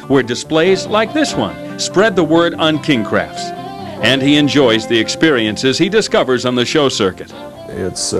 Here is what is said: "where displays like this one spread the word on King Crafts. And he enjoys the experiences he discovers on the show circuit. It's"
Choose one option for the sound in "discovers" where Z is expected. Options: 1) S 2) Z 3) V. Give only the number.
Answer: 2